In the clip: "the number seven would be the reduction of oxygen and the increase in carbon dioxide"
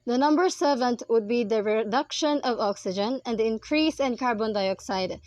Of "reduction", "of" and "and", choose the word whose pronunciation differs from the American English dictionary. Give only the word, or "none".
none